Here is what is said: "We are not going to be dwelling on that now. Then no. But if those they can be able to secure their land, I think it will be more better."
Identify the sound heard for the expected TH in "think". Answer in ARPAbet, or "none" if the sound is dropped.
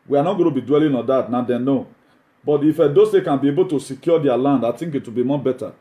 T